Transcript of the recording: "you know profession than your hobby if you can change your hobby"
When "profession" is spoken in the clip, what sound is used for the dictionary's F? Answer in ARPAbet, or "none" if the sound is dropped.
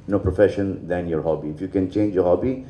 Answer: F